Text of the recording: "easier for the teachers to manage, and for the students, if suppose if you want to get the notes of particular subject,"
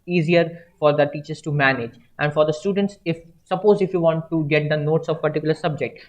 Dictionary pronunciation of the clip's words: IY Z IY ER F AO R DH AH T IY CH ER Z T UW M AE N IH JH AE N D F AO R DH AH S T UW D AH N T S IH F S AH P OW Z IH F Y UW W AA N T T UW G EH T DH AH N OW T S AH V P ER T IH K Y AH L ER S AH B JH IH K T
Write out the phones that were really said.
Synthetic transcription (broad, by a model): IY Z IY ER F AO R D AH T IY CH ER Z T UW M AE N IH JH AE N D F AO R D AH S T UW D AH N T S IH F S AH P OW Z IH F Y UW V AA N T T UW G EH T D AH N OW T S AH V P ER T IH K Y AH L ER S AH B JH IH K T